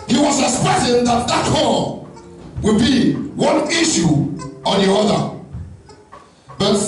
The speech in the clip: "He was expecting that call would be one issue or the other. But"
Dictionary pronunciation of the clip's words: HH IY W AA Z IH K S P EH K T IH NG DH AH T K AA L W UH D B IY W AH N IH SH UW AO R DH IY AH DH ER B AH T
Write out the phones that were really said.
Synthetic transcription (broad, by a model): HH IY W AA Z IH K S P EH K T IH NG DH AH T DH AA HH W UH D B IY W AH N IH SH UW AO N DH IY AH DH ER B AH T